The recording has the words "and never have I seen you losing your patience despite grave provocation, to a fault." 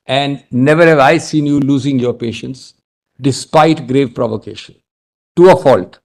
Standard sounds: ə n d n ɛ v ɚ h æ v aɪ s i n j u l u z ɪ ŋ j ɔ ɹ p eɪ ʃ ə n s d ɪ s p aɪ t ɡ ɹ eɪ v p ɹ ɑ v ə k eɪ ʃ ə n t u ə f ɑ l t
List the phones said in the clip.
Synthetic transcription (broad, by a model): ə n d n ɛ v ɚ h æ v aɪ s i n j u l u z ɪ ŋ j ɔ ɹ p eɪ ʃ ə n s d ɪ s p aɪ t ɡ ɹ eɪ v p ɹ ɑ v ə k eɪ ʃ ə n t u ə f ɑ l t